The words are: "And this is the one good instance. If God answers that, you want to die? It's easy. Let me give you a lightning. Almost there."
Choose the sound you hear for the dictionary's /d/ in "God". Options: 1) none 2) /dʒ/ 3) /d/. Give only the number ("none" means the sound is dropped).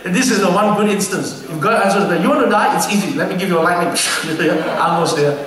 1